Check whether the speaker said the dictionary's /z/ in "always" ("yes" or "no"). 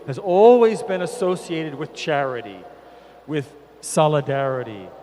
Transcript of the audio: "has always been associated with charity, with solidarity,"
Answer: yes